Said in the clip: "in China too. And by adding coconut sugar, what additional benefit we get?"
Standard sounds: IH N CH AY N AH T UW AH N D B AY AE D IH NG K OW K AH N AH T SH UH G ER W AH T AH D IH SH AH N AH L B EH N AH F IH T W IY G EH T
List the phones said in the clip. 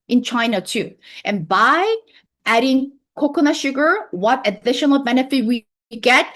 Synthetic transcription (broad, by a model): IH N CH AY N AH T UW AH N B AY AE D IH NG K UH K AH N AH SH UH G ER W AH T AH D IH SH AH N L B EH N AH F IH T W IY G EH T